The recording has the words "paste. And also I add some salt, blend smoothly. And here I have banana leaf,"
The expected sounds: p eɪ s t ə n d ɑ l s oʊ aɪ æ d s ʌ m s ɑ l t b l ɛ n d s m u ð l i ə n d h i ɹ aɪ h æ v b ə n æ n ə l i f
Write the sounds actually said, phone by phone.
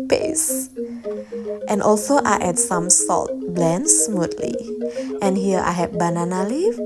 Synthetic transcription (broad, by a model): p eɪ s t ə n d ɑ l s oʊ aɪ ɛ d s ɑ m s ɑ l t b l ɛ n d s m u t l i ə n h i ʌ aɪ h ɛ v b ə n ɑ n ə l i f